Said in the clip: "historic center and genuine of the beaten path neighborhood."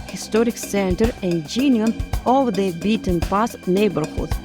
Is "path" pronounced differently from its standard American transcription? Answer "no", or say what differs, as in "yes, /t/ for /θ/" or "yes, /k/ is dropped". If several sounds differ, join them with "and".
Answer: yes, /s/ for /θ/